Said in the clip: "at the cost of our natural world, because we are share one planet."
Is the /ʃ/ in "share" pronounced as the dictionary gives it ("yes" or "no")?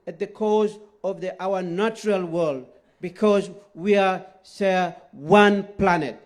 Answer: no